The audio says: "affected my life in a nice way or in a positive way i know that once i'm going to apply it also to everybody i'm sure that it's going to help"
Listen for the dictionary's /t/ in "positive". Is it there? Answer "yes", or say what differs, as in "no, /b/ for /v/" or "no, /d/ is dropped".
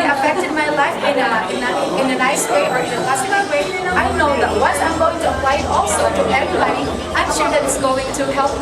no, /s/ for /t/